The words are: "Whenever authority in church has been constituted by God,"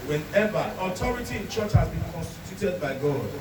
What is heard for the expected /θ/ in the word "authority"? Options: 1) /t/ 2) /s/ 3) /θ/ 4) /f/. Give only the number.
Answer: 1